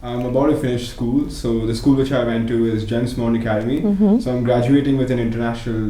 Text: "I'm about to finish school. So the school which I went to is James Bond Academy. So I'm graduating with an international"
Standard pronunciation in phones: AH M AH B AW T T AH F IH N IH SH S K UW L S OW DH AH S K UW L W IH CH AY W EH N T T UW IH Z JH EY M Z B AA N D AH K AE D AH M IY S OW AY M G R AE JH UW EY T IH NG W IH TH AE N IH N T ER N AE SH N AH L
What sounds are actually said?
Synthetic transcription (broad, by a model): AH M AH B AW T T AH F IH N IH SH S K UW L S OW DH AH S K UW L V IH CH AY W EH N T T UW IH Z JH EY M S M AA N AH K AE D AH M IY S OW AY M G R AE JH UW EY T IH NG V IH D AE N IH N T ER N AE SH N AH L